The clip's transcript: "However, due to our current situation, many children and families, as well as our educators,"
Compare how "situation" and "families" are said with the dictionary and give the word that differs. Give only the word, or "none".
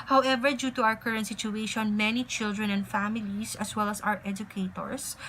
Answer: families